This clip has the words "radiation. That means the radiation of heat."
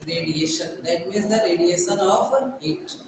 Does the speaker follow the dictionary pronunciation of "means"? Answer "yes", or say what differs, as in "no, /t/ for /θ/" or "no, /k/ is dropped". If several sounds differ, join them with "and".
no, /n/ is dropped